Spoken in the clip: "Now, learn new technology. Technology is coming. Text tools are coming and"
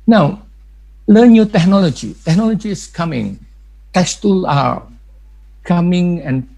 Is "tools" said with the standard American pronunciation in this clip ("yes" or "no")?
no